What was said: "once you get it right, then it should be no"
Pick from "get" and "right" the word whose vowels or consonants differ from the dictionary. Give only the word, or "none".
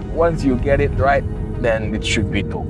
none